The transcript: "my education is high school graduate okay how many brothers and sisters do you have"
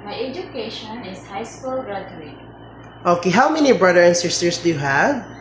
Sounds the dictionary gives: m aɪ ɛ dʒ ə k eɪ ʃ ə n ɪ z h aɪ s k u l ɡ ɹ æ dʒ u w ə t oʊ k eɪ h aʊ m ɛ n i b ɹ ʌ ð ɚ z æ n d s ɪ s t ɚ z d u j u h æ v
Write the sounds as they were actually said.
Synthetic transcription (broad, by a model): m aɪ ɛ dʒ ə k eɪ ʃ ə n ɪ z h aɪ s k u l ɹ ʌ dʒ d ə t oʊ k eɪ h aʊ m ɛ n i b ɹ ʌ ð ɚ æ n s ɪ s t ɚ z d u j u h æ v